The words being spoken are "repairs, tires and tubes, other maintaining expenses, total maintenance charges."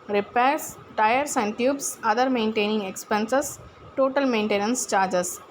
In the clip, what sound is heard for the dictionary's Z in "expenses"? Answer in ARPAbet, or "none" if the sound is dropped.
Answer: S